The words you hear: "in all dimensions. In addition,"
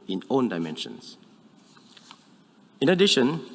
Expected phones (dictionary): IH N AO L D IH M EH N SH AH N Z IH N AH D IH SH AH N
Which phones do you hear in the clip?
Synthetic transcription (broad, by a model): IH N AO N D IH M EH N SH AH N S IH N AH D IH SH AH N